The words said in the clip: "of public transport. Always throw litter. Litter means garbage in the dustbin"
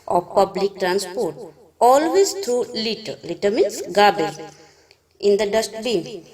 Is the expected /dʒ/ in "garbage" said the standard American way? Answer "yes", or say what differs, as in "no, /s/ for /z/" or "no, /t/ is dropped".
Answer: no, /dʒ/ is dropped